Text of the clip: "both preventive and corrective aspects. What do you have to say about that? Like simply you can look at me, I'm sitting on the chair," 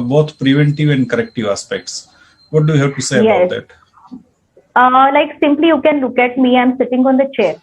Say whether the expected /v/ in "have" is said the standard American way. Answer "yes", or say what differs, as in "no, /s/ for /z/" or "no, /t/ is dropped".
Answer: no, /p/ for /v/